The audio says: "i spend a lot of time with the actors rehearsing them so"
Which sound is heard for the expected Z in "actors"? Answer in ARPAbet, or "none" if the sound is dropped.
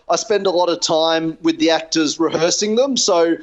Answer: Z